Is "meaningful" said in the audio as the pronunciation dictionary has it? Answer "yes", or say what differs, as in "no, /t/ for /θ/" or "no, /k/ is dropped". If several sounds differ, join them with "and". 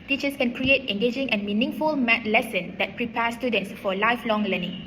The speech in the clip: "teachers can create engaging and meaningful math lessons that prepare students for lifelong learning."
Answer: yes